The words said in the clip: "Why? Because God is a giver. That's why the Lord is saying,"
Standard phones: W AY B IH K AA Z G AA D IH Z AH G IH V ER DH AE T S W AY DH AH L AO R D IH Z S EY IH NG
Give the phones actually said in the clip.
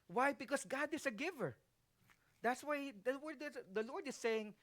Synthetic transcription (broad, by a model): W AY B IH K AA S G AA D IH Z AH G IH V ER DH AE T S W AY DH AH W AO R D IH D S EY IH NG